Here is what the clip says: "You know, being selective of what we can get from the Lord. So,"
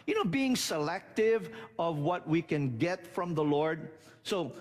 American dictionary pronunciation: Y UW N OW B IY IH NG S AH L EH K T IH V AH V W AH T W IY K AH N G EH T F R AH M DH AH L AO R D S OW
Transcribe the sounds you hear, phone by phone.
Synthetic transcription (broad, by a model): Y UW N OW B IY IH NG S AH L EH K T IH V AH V W AH T W IY K AH N G EH T F R AH M DH AH L AO R D S OW